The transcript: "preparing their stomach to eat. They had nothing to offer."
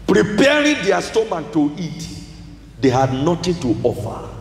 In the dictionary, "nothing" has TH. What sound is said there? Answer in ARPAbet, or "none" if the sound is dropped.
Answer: T